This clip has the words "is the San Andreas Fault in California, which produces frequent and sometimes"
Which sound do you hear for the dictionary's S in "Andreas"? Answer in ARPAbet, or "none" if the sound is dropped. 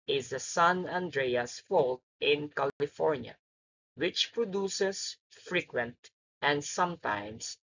S